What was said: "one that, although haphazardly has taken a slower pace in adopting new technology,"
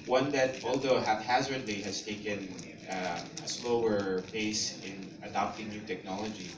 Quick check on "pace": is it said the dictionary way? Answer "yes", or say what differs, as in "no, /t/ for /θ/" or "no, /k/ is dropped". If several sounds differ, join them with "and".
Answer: no, /b/ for /p/